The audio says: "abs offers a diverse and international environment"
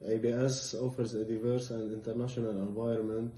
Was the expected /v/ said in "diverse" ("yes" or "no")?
yes